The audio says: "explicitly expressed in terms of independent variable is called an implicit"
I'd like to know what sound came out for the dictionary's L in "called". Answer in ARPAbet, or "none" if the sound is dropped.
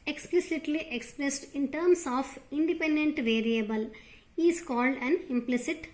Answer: L